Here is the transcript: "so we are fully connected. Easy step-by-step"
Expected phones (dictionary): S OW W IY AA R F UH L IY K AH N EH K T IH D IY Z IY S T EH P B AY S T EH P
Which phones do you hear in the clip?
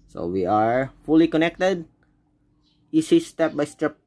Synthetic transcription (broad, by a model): S OW W IY AA R F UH L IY K AH N EH K T IH D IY S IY S T EH P B AY S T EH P